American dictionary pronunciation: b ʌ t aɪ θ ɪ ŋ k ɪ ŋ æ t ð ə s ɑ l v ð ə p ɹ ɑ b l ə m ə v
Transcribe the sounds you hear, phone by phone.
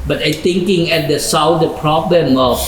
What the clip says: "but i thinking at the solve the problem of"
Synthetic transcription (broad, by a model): b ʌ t aɪ t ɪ ŋ k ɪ ŋ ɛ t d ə s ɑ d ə p ɹ ɑ b l ə m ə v